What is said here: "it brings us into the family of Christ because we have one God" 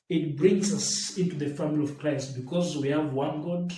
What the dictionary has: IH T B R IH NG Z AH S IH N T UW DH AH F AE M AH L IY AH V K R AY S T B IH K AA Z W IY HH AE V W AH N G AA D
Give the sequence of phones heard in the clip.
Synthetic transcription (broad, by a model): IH T B R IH NG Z AH S IH N T UW DH AH F AE M AH L IY AH V K R AY S T B IH K AA Z W IY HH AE V W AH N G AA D